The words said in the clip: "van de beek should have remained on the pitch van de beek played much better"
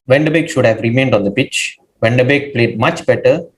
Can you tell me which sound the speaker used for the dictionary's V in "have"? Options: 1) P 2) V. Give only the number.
2